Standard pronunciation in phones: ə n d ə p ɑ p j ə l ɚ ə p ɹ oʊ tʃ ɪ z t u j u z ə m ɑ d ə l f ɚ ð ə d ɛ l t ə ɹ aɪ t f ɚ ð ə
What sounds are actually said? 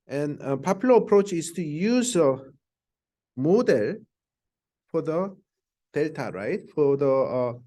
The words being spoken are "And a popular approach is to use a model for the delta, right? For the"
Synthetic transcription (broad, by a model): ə n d ə p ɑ p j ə l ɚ ə p ɹ oʊ tʃ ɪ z t u j u z ə m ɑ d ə l f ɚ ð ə d ɛ l t ə ɹ aɪ t f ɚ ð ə